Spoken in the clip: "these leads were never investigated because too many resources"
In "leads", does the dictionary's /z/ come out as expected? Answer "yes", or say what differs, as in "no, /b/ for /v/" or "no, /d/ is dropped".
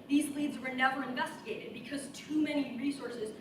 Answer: yes